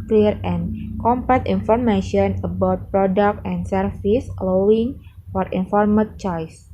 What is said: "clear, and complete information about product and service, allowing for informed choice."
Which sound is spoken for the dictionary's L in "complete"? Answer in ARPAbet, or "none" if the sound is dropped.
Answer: none